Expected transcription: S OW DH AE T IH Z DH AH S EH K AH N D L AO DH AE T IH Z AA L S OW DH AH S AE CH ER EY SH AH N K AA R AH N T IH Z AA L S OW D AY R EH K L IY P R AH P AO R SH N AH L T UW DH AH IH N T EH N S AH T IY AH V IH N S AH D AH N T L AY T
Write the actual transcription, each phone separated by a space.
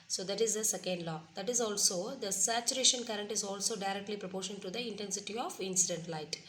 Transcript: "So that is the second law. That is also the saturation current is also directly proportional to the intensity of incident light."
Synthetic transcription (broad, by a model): S OW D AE T IH Z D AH S EH K AH N D L AO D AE T IH Z AA L S OW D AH S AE CH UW EY SH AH N K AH R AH N T IH Z AA L S OW D AY R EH K L IY P R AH P AO R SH AH N T UW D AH IH N T EH N S AH T IY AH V IH N S AH D AH N T L AY T